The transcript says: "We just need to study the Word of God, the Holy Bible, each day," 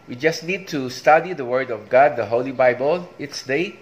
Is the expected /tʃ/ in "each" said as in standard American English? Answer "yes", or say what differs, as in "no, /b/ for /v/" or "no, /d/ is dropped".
no, /s/ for /tʃ/